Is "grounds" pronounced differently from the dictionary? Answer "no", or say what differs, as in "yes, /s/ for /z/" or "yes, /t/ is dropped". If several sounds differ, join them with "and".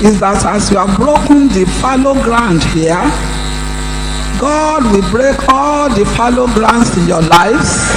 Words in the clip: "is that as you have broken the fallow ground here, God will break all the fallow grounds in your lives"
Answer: yes, /s/ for /z/